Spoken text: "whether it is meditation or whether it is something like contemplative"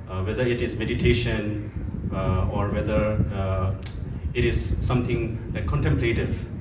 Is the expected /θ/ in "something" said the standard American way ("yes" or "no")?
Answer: no